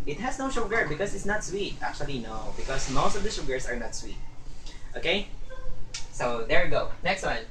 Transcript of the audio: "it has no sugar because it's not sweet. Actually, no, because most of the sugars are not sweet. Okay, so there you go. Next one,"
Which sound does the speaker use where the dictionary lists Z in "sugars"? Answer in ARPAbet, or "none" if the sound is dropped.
S